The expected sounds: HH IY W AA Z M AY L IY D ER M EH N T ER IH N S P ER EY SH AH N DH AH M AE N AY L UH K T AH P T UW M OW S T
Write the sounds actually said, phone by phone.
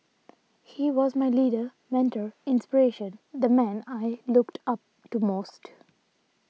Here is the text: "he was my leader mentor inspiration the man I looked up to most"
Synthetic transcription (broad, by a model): HH IY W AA Z M AY L IY D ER M EH N T ER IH N S P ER EY SH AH N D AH M AE N AY L UH K T AH P T UW M OW S T